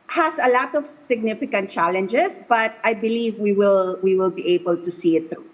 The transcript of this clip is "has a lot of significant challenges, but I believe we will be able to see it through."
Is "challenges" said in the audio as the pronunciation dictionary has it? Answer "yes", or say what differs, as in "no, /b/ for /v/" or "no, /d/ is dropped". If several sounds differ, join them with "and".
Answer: no, /s/ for /z/